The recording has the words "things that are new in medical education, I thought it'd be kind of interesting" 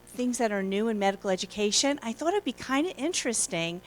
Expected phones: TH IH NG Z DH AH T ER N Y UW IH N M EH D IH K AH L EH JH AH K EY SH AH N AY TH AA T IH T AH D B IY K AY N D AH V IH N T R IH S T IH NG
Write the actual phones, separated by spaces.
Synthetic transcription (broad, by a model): TH IH NG Z DH AH T ER N Y UW IH N M EH D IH K L EH JH AH K EY SH AH N AY TH AA T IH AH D B IY K AY N D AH IH N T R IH S T IH NG